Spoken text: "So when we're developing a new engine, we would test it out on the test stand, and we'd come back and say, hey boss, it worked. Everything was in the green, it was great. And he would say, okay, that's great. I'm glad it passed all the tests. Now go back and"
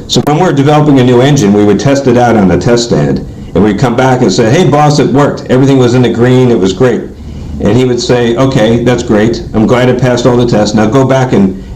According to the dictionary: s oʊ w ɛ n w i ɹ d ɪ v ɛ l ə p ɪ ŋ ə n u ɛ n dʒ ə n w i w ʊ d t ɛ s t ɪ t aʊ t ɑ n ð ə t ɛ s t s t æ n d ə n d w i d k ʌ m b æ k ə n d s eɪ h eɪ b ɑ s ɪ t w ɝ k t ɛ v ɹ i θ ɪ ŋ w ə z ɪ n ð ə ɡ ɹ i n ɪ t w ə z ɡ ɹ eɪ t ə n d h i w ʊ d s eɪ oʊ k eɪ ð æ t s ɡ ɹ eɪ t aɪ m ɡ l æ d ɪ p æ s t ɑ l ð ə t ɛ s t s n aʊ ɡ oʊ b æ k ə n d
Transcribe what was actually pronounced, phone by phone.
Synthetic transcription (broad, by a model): s oʊ w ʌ n w i ɹ d ɪ v ɛ l ə p ɪ ŋ ə n u ɛ n dʒ ə n w i w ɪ d t ɛ s t ɪ t aʊ t n ð ə t ɛ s s t æ n d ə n w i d k ʌ m b æ k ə n s eɪ h eɪ b ɑ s ɪ t w ɝ k t ɛ v ɹ i θ ɪ ŋ w ə z ɪ n ð ə ɡ ɹ i n ɪ t w ə z ɡ ɹ eɪ t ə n i w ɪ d s eɪ oʊ k eɪ ð æ t s ɡ ɹ eɪ t aɪ m ɡ l æ d ɪ p æ s t ɑ l ð ə t ɛ s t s n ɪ ɡ oʊ b æ k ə n